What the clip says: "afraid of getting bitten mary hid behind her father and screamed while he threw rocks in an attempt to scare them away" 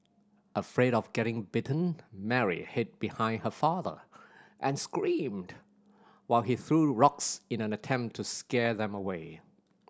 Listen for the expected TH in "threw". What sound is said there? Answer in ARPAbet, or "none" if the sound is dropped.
TH